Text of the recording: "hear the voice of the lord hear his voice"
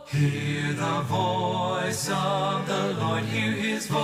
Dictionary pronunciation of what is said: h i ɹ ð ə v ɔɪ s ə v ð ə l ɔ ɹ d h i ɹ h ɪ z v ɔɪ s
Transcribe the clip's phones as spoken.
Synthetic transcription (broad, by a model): h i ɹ ð ə v ɔɪ s ə v ð ə l ɔ ɹ d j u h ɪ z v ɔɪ